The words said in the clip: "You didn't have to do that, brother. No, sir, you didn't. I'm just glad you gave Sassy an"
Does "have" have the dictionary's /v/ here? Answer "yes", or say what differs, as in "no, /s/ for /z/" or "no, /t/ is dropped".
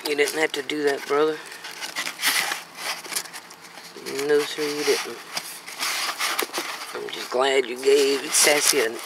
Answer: no, /f/ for /v/